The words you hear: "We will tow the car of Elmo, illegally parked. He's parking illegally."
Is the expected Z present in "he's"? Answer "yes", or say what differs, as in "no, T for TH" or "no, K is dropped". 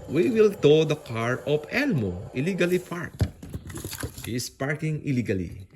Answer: no, S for Z